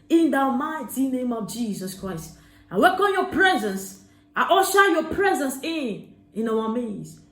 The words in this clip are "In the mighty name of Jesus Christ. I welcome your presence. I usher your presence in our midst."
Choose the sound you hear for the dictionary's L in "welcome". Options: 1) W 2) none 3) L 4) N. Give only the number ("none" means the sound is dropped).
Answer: 2